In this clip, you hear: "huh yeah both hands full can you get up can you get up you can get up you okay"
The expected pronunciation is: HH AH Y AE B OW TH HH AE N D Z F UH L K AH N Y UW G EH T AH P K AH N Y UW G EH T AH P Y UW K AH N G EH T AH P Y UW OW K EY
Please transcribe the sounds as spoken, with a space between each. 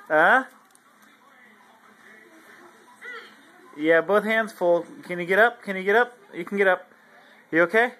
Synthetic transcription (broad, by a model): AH Y AE B OW TH HH AE N D Z F UH L K AH N Y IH G EH T AH P K AH N Y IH G EH T AH P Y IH K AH N G EH T AH P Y OW K EY